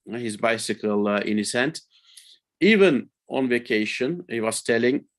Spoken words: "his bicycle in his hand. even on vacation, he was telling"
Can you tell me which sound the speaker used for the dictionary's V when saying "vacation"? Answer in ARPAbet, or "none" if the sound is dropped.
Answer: V